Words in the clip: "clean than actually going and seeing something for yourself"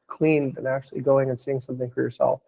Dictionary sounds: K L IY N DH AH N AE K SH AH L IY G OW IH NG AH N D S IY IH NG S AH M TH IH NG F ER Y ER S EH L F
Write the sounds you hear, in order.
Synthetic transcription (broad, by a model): K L IY N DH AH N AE K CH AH L IY G OW IH NG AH N S IY IH NG S AH M TH IH NG F ER Y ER S EH L F